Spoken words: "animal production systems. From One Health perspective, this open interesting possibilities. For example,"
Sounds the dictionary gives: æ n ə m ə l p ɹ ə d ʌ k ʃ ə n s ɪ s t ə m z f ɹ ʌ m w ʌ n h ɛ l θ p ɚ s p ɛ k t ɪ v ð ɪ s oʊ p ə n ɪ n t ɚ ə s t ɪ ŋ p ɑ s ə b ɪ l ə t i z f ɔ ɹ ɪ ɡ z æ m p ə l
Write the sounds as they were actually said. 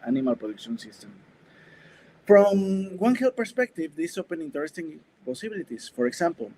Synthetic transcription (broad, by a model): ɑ n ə m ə l p ɹ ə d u k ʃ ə n s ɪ s t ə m f ɹ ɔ m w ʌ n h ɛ l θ p ɚ s p ɛ k t ɪ v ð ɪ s oʊ p ə n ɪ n t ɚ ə s t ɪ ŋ p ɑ s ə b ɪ l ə t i s f ɔ ɹ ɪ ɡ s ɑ m p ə l